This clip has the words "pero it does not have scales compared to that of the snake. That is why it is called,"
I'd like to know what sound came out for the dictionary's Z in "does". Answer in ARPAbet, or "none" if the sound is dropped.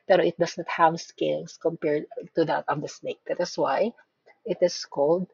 S